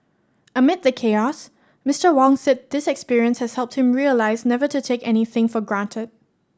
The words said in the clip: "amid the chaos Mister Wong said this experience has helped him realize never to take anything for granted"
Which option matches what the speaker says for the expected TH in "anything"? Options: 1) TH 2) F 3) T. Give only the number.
1